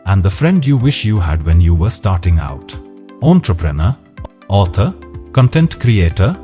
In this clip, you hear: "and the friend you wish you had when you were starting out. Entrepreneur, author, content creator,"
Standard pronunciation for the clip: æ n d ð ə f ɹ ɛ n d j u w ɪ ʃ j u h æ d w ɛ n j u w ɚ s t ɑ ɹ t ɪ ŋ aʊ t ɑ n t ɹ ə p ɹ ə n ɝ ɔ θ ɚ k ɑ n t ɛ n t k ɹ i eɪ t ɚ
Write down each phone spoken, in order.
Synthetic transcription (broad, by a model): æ n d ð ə f ɹ ɛ n d j u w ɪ ʃ j u h æ d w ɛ n j u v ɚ s t ɑ ɹ t ɪ ŋ aʊ t ɑ n t ɹ ə p ɹ ə n ɝ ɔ t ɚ k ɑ n t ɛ n t k ɹ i eɪ t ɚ